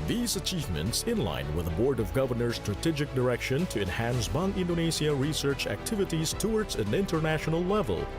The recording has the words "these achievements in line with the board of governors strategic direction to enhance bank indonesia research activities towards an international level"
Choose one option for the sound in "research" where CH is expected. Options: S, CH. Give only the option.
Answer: CH